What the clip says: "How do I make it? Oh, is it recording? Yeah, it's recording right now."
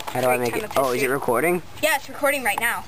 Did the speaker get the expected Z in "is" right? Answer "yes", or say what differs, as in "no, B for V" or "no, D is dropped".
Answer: yes